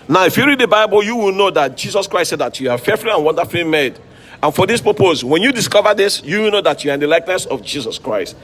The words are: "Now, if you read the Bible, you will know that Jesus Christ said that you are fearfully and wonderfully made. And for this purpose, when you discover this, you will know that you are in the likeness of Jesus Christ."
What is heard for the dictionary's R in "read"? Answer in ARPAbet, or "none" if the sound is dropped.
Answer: R